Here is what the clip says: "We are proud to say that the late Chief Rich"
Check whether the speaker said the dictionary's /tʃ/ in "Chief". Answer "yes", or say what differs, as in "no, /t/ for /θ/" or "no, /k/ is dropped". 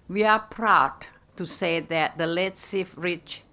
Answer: no, /s/ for /tʃ/